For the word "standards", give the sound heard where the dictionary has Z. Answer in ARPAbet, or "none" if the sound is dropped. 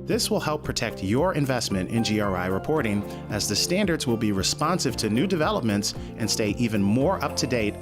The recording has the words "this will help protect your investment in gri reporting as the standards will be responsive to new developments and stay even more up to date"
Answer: Z